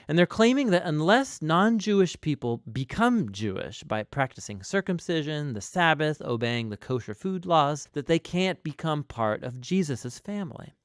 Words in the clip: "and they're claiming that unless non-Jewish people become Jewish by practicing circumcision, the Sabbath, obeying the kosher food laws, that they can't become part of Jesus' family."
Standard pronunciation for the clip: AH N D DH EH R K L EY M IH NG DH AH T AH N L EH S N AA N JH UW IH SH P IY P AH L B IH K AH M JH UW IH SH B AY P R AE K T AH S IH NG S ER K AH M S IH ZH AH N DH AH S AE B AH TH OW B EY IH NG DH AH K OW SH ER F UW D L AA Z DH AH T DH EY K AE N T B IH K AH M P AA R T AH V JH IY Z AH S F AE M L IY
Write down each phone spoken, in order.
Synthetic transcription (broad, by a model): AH N DH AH R K L EY M IH NG DH AH T AH N L EH S N AA N JH UW IH SH P IY P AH L B IH K AH M JH UW IH SH B AY P R AE K T AH S IH NG S ER K AH M S IH ZH AH N DH AH S AE B AH TH OW B EY IH NG DH AH K OW SH ER F UW D L AA Z DH AH T DH EY K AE N B IH K AH M P AA R T AH V JH IY Z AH S F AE M L IY